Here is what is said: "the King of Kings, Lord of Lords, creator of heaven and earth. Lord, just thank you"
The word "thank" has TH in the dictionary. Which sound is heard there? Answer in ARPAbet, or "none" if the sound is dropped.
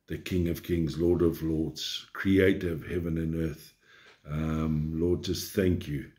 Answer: TH